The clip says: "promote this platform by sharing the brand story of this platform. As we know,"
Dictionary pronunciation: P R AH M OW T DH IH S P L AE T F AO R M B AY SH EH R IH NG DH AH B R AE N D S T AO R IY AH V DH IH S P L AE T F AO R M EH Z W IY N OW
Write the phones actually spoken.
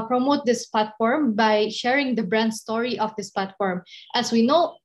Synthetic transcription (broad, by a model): P R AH M OW T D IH S P L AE T F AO R M B AY SH EH R IH NG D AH B R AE N D S T AO R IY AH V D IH S P L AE T F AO R M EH S W IY N OW